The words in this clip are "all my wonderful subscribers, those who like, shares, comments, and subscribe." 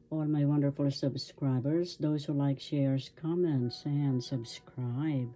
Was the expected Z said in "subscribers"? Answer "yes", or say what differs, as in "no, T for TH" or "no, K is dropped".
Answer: yes